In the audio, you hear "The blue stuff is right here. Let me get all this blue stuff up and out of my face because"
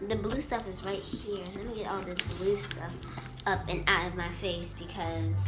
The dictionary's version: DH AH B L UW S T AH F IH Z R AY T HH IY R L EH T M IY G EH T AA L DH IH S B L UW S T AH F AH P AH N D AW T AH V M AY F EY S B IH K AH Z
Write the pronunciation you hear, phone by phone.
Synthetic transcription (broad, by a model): DH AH B L UW S T AH F IH Z R AY T HH IY R L EH T M IY G EH T AA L DH IH S B L UW S T AH F AH P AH N AW T AH V M AY F EY S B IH K AH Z